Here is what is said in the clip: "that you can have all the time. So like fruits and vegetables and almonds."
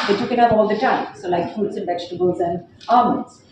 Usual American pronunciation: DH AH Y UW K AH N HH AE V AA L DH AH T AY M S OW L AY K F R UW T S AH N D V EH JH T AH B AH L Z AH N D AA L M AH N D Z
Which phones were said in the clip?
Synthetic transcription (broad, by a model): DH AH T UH K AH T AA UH P AA L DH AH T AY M S OW L AY K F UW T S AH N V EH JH T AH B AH L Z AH N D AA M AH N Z